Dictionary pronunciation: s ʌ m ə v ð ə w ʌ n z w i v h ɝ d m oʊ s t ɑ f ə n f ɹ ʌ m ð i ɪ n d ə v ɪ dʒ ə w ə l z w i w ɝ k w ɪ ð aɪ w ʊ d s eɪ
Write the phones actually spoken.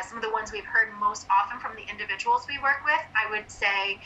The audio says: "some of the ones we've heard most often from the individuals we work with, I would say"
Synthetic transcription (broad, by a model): s ʌ m ə v ð ə w ʌ n z w i v h ɝ d m oʊ s t ɑ f ə n f ɹ ʌ m ð i ɪ n d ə v ɪ dʒ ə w l z w i w ɝ k w ɪ ð aɪ w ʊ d s eɪ